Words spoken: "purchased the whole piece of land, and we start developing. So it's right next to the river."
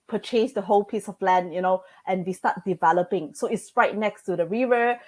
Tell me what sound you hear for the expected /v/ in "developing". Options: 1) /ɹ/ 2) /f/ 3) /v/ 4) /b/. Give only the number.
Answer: 3